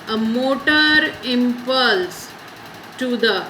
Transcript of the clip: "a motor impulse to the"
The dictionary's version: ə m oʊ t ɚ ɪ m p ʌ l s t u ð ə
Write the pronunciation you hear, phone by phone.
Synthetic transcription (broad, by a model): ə m oʊ t ɚ ɪ m p ʌ l s t u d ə